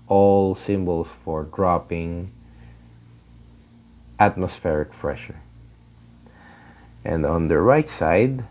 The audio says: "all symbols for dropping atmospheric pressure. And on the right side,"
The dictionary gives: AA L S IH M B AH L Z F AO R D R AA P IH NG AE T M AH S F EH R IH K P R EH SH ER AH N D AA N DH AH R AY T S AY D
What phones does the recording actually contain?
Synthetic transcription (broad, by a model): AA L S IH M B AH L S F AO R D R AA P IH NG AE T M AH S F EH R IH K F R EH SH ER AH N D AA N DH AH R AY T S AY D